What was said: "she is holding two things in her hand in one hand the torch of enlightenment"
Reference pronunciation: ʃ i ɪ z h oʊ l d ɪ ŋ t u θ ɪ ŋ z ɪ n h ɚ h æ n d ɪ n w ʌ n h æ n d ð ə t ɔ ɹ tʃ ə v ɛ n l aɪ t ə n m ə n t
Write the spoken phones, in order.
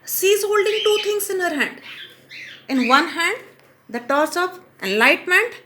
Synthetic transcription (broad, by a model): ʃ i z h oʊ l d ɪ ŋ t u t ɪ ŋ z ɪ n h ɚ h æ n d ɪ n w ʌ n h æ n d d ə t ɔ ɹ s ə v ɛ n l aɪ t m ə n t